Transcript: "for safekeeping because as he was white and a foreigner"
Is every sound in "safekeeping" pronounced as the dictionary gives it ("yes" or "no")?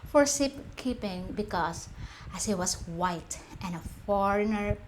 no